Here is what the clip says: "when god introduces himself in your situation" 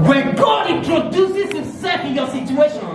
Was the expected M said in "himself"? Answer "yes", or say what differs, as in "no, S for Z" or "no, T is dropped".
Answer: no, M is dropped